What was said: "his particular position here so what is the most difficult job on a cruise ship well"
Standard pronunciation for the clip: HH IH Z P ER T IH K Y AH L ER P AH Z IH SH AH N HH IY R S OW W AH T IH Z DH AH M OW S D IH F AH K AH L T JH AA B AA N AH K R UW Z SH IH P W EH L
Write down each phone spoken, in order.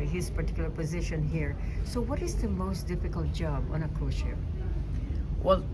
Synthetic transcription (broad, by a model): HH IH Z P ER T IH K Y L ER P AH Z IH SH AH N HH IY R S OW W AH T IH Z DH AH M OW S D IH F AH K AH L T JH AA B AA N AH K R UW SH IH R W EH L